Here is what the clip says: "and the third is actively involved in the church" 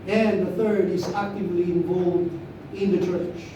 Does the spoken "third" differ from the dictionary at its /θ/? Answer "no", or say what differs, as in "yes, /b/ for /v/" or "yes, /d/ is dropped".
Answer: no